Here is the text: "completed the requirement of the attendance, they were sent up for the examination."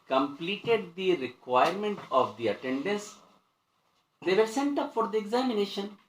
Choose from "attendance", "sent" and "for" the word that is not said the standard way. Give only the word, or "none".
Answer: none